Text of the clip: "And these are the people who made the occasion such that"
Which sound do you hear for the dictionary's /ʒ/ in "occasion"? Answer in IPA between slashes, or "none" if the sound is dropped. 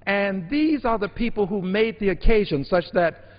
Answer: /ʒ/